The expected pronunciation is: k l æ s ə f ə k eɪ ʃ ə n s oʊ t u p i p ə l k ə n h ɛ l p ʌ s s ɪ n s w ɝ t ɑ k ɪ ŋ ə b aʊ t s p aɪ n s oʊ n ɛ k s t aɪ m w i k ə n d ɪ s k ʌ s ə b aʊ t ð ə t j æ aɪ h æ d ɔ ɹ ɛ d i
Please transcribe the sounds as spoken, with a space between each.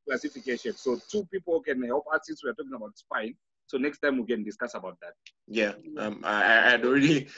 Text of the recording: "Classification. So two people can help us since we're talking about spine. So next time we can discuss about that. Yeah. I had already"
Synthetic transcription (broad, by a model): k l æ s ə f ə k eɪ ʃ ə n s oʊ t u p i p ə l k ə n h ɛ l p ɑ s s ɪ s w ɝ t ɑ k ɪ ŋ ə b aʊ t s p aɪ n s oʊ n ɛ k s t aɪ m w i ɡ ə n d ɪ s k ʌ s ə b aʊ t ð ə t j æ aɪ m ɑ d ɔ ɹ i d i